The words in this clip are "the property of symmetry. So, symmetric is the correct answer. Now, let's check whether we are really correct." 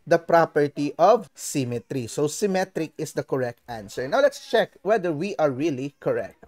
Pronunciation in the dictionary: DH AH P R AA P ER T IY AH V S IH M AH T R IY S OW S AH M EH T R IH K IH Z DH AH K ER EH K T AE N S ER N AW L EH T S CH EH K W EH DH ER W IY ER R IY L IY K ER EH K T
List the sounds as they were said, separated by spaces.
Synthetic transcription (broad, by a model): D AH P R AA P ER T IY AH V S IH M AH T R IY S OW S AH M EH T R IH K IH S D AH K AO EH K T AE N S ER N AW L EH T S CH EH K W EH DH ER W IY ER R IY L IY K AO EH K T